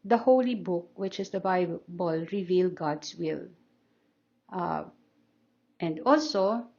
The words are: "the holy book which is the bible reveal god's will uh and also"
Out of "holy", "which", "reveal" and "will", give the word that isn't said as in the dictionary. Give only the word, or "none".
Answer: none